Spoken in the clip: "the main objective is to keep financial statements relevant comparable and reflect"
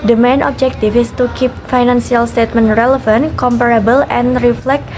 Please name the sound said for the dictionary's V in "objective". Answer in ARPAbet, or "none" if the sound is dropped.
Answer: F